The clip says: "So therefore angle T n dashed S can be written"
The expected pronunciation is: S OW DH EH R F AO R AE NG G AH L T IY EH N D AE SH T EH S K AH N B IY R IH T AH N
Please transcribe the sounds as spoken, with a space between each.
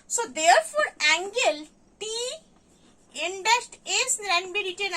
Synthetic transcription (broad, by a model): S OW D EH R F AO R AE NG G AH L T IY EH N D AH S T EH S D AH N B IY R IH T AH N